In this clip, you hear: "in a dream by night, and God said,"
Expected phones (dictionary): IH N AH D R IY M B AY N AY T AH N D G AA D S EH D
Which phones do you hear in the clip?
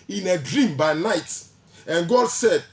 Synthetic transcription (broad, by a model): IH N AH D R IY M B AY N AY T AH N G AA D S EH D